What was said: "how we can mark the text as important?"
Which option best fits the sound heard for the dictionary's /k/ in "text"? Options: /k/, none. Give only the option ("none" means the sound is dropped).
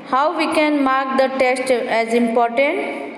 none